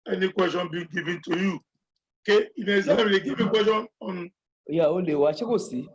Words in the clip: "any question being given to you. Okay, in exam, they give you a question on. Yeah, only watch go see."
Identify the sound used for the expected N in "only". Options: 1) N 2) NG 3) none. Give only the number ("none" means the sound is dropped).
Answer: 3